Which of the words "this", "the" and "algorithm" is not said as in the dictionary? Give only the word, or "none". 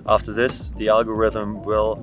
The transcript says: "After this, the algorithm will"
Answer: none